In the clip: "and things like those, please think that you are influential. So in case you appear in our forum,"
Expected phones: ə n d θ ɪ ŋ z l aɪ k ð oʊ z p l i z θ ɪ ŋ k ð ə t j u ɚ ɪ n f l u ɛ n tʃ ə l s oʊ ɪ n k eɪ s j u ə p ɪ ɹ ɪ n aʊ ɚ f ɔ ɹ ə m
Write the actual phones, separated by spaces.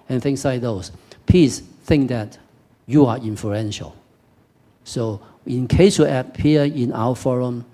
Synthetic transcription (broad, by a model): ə n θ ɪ ŋ s l aɪ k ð oʊ s p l i s θ ɪ ŋ k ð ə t j u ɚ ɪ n f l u ɛ n ʃ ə l s oʊ ɪ n k eɪ s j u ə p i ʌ ɪ n aʊ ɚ f ɔ ɹ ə m